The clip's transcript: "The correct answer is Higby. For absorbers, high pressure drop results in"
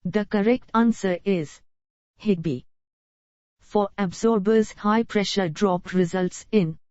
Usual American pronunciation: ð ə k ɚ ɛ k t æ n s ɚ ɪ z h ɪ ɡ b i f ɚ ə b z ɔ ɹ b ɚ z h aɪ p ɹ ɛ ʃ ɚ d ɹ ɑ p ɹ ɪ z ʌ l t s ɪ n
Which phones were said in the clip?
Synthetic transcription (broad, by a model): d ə k ɚ ɛ k t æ n s ɚ ɪ z h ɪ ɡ b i f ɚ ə b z ɔ ɹ b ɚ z h aɪ p ɹ ɛ ʃ ɚ d ɹ ɑ p ɹ ɪ z ʌ l t s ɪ n